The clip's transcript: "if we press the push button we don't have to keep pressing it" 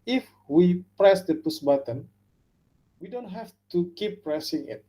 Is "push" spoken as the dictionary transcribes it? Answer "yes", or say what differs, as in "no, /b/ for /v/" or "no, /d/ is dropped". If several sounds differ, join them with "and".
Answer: no, /s/ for /ʃ/